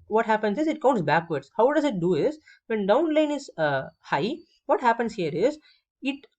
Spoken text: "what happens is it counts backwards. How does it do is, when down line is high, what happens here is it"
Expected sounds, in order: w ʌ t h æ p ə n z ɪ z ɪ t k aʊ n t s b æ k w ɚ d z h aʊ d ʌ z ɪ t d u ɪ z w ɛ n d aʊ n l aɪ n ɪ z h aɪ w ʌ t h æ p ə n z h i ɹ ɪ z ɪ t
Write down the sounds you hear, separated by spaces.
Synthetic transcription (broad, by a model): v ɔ t h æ p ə n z ɪ z ɪ t k aʊ n t s b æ k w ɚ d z h aʊ d ʌ z ɪ t d u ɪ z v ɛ n d aʊ n l aɪ n ɪ z h aɪ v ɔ t h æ p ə n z h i ɹ ɪ z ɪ t